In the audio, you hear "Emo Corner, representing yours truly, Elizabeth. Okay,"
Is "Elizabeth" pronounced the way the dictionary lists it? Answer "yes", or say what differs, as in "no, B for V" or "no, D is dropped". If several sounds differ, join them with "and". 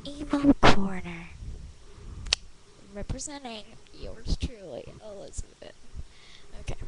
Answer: no, T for TH